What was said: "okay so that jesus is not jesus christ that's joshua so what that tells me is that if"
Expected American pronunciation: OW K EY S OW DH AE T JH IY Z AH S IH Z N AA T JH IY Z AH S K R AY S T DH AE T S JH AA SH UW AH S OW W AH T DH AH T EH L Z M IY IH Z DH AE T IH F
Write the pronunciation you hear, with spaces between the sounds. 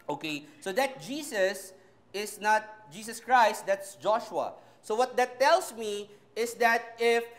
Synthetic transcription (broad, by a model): OW K EY S OW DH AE T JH IY S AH S IH S N AA T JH IY S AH S K R AY S T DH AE T S JH AA SH UW AH S OW W AH T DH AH T EH L S M IY IH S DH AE T IH F